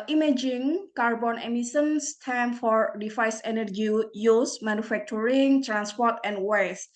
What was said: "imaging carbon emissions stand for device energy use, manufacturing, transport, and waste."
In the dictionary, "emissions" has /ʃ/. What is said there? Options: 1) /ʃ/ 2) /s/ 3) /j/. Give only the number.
2